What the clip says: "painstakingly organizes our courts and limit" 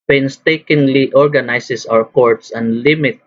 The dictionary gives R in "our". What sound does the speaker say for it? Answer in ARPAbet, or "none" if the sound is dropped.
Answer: W